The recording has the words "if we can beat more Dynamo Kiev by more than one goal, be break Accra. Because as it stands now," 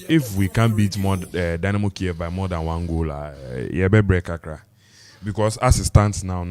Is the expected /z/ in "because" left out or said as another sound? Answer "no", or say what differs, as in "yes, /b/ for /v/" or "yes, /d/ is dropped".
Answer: yes, /s/ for /z/